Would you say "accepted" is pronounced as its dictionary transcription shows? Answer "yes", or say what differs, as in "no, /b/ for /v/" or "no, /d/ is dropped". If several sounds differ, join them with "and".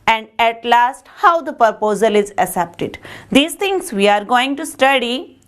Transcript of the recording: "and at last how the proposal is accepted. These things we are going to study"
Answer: no, /k/ is dropped